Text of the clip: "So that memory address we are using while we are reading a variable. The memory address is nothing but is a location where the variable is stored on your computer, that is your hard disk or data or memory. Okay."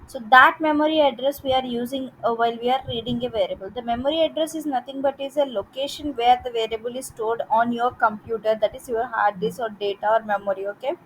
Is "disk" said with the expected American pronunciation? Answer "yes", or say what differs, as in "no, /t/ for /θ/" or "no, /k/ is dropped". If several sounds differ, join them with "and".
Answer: no, /k/ is dropped